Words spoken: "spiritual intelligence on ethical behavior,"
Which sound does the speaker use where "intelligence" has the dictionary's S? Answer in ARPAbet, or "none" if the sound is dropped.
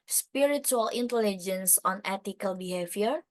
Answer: S